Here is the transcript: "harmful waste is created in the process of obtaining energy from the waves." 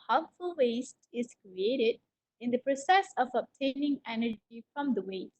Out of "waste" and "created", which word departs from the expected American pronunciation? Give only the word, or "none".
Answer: none